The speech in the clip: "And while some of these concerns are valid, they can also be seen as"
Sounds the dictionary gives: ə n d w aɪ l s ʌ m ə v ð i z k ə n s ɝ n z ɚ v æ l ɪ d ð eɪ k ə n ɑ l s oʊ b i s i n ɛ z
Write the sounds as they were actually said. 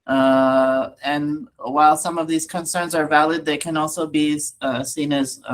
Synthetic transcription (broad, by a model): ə n w aɪ l s ʌ m ə v ð i z k ə n s ɝ n z ɚ v æ l ɪ d ð eɪ k ə n ɑ l s oʊ b i s i n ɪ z